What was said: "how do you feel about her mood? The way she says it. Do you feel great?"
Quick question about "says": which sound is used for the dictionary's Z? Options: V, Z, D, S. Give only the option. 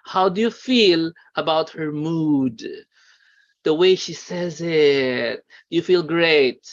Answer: Z